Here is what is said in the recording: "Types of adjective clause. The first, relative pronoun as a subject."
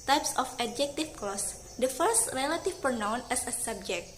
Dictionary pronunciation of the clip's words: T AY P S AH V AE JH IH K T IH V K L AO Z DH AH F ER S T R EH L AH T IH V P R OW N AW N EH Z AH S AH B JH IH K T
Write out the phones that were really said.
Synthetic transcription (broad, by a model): T AY P S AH F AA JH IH K T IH F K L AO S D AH F ER S T R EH L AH T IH F P R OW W N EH S AH S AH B JH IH K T